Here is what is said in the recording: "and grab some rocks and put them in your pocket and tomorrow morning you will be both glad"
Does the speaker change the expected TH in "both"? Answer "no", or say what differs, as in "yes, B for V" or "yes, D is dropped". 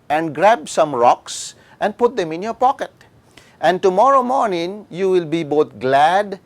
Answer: yes, T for TH